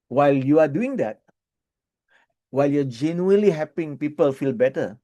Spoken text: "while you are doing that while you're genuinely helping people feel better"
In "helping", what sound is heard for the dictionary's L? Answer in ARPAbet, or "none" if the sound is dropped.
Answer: none